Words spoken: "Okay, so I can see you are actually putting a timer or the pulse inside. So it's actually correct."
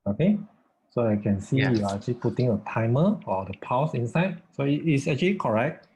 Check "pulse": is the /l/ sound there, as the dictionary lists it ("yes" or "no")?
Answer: no